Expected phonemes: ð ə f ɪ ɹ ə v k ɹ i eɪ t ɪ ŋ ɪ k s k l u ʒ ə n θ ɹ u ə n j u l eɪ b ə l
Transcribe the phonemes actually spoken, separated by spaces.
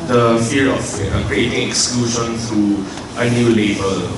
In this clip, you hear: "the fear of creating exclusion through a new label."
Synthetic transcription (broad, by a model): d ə f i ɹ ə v k ɹ i eɪ t ɪ ŋ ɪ k s k l u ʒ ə n t ɹ u ə n j u l eɪ b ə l